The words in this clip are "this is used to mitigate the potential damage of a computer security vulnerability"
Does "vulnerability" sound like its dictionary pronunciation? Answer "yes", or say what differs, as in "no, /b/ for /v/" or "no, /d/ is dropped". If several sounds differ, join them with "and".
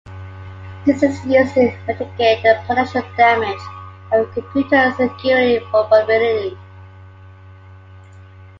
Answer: no, /f/ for /v/